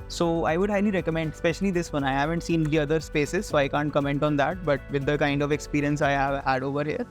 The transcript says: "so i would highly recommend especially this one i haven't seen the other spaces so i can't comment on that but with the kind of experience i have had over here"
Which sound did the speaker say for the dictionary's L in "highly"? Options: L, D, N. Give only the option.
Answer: N